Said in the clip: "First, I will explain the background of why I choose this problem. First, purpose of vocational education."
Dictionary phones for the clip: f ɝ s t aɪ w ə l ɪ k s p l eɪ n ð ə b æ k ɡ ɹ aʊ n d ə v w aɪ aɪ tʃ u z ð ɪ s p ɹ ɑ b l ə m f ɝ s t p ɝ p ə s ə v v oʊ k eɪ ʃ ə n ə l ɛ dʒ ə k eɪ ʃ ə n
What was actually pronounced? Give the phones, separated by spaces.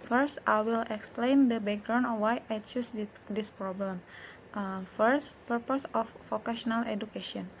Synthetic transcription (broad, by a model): f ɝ s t aɪ w ə l ɪ k s p l eɪ n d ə b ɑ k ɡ ɹ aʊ n ə w aɪ aɪ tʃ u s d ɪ s p ɹ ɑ b l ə m f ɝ s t p ɝ p ə s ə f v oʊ k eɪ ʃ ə n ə l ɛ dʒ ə k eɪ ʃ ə n